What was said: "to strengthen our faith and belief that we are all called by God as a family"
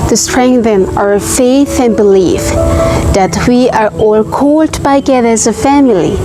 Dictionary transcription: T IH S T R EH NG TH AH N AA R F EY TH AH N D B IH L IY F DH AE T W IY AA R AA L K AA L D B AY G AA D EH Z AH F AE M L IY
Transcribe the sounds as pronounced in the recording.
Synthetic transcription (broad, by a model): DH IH S T R EH NG TH AH N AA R F EY TH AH N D B IH L IY F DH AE T W IY AA R AA L K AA L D B AY G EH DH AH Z AH F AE M L IY